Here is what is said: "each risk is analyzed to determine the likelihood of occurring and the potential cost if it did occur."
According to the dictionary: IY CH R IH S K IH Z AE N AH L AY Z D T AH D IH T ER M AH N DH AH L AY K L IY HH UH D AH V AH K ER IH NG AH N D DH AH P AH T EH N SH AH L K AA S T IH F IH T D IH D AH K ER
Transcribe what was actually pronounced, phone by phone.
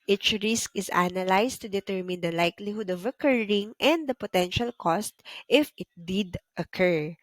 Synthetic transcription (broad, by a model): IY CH R IH S K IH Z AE N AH L AY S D T AH D IH T ER M AH N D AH L AY K L IY HH UH D AH V AH K ER IH NG AH N D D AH P AH T EH N SH AH L K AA S T IH F IH T D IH D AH K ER